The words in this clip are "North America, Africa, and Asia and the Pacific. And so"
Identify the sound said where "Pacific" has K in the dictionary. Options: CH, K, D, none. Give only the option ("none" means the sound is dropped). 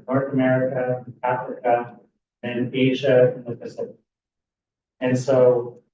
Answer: none